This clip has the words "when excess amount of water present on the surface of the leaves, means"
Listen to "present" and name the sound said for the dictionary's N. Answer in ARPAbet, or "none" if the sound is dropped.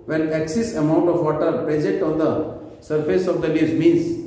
none